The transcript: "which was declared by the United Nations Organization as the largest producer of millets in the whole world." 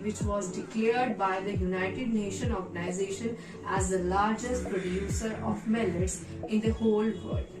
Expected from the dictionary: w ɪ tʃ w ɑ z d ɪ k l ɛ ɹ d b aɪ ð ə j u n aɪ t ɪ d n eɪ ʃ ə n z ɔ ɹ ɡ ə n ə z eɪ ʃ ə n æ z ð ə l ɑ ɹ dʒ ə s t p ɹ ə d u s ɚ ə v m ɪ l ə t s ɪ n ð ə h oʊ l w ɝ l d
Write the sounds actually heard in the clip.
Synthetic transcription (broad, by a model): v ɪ tʃ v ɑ z d ɪ k l ɛ ɹ d b aɪ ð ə j u n aɪ t ɪ d n eɪ ʃ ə n ɔ ɹ ɡ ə n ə z eɪ ʃ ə n æ z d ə l ɑ ɹ dʒ ə s t p ɹ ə d u s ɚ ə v m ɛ l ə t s ɪ n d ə h oʊ l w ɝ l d